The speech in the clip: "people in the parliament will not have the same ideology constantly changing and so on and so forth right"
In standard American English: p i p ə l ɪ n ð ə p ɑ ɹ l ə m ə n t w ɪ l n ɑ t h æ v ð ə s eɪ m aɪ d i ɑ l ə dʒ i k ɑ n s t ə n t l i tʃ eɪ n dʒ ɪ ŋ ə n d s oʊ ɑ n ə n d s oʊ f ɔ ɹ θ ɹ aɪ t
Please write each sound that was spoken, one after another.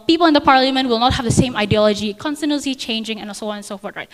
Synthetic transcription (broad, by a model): p i p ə l ɪ n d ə p ɑ ɹ l ə m ə n t w ɪ l n ɑ t h æ v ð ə s eɪ m aɪ d i ɑ l ə dʒ i k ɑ n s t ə n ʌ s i tʃ eɪ n dʒ ɪ ŋ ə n s oʊ ɑ n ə n s oʊ f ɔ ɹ t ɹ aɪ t